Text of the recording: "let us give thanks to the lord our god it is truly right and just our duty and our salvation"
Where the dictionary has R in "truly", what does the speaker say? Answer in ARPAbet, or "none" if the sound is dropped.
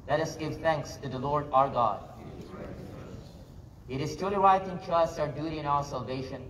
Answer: none